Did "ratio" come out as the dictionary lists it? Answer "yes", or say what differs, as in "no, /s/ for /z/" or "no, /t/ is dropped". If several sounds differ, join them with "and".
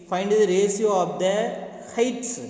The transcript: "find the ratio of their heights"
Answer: no, /s/ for /ʃ/